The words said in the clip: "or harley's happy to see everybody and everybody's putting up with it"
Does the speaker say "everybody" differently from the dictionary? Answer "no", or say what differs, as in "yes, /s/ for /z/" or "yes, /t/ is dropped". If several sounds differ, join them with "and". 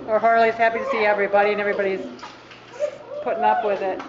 no